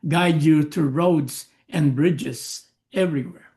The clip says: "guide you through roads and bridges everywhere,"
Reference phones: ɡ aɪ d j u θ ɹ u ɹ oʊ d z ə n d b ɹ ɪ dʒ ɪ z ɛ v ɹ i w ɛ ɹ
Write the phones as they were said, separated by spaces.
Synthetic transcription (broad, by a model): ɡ aɪ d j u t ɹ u ɹ oʊ d z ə n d b ɹ ɪ dʒ ɪ z ɛ v ɹ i w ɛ ɹ